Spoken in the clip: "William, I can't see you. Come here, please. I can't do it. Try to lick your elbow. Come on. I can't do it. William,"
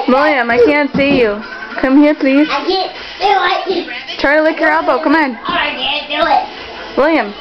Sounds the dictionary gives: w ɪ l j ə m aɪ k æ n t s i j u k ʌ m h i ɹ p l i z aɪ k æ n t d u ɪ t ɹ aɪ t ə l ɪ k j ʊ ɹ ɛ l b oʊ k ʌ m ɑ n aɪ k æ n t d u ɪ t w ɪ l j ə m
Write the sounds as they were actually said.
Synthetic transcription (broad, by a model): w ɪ l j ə m aɪ k æ n t s i j u k ʌ m h i ɹ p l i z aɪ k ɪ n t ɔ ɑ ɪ t ɹ aɪ t ə l ɪ k j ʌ ɹ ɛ l b oʊ k ʌ m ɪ n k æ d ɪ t w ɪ l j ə m